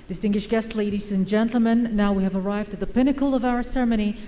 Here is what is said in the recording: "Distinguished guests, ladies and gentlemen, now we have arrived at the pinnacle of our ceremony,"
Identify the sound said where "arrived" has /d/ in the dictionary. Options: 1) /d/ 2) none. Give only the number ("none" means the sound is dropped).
1